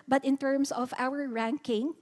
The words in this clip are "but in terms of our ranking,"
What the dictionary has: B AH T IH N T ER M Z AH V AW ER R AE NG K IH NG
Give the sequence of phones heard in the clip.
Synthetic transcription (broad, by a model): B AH T IH N T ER M S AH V AW ER R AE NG K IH NG